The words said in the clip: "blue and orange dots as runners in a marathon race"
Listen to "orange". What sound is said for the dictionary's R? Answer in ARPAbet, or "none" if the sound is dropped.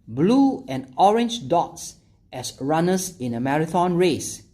R